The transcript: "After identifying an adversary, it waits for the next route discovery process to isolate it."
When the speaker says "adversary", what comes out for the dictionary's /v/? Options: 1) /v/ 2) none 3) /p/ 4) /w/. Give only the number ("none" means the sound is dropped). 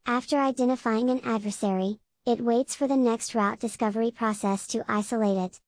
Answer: 1